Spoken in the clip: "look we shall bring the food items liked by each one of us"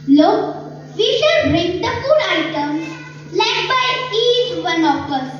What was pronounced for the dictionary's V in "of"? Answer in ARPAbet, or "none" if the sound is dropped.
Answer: P